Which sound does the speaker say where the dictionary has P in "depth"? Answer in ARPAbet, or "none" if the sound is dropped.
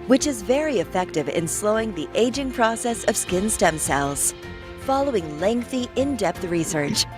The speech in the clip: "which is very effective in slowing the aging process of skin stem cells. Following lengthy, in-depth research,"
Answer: P